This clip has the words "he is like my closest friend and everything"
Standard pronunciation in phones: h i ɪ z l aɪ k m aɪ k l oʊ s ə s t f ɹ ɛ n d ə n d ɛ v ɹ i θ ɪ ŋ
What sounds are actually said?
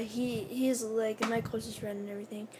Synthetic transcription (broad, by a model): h i ɪ z l aɪ k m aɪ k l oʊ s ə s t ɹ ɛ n ə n ɛ v ɹ i θ ɪ ŋ